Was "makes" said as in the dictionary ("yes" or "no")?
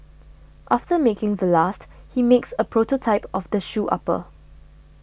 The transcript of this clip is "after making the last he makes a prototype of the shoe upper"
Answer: yes